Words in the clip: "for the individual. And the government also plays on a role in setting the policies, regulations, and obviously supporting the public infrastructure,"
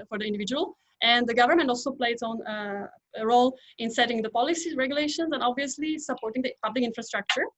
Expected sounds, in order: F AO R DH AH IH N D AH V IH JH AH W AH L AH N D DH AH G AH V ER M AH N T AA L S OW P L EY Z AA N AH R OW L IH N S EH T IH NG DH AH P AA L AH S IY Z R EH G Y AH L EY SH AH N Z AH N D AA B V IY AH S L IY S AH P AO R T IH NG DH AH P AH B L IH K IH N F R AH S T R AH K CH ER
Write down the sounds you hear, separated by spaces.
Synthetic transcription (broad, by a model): F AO R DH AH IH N D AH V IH JH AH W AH L AH N D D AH G AH V ER M AH N T AA L S OW P L EY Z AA N AH R OW L IH N S EH T IH NG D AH P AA L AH S IY R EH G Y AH L EY SH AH N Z AH N D AA B V IY AH S L IY S AH P AO R T IH NG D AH P AH B L IH K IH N F R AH S T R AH K CH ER